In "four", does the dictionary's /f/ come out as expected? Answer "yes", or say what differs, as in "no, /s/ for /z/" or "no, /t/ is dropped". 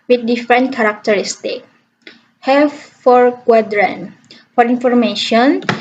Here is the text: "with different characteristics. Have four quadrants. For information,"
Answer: yes